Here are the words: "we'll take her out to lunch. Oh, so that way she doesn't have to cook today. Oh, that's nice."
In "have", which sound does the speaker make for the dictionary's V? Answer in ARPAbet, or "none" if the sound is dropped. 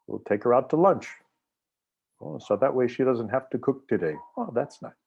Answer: F